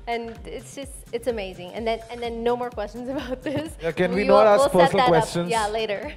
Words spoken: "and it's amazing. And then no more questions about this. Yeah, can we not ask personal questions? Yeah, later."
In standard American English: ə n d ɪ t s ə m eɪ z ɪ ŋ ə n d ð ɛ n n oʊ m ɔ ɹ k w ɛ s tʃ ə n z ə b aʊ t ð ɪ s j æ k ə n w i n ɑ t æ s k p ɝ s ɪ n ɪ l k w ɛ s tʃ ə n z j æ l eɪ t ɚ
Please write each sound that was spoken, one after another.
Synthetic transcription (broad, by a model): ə n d ɪ t s ə m eɪ z ɪ ŋ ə n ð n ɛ n n oʊ m ɔ ɹ k w ɛ s tʃ ə n z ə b aʊ t ð ɪ s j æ k ə n w i n ɑ t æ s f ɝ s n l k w ɛ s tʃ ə n j æ l eɪ t ɚ